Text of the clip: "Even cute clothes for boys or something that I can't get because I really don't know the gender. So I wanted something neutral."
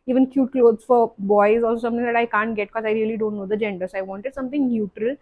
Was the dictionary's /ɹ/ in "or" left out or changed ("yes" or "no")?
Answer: yes